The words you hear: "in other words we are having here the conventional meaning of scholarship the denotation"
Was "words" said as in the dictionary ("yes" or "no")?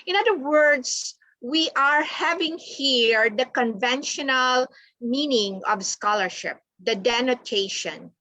no